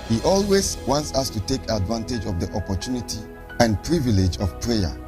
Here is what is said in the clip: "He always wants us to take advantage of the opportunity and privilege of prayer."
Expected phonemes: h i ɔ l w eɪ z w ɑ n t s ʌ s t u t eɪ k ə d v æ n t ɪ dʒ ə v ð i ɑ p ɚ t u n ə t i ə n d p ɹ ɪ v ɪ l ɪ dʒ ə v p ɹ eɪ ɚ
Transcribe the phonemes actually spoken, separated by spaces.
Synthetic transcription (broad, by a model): h i ɔ l w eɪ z w ɑ n t s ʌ s t u t eɪ k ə d v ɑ n t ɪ dʒ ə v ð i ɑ p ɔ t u n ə t i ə n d p ɹ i v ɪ l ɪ dʒ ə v p ɹ eɪ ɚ